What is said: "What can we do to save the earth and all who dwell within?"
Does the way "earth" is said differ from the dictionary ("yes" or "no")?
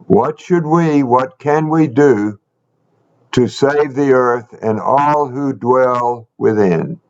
no